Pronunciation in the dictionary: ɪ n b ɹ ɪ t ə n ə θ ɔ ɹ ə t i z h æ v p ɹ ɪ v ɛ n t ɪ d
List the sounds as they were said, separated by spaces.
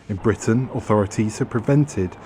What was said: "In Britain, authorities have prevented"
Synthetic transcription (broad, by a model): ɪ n b ɹ ɪ t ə n ə θ ɔ ɹ ə t i z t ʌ p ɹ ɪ v ɛ n t ɪ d